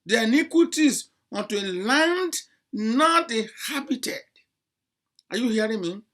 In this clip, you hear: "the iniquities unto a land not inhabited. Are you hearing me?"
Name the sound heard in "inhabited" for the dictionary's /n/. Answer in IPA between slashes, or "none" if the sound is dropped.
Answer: none